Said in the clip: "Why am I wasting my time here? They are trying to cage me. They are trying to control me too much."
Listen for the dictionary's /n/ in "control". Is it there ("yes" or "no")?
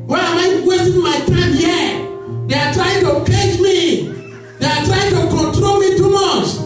yes